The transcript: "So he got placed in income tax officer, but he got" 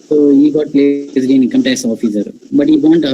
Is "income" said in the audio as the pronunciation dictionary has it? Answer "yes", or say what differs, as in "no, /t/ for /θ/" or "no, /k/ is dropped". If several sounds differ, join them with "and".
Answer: no, /n/ is dropped